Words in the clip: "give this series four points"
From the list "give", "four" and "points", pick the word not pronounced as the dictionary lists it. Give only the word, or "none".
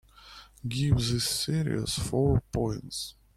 none